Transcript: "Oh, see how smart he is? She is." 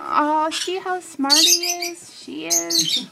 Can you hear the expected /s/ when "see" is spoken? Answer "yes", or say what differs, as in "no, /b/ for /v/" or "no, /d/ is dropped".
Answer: no, /ʃ/ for /s/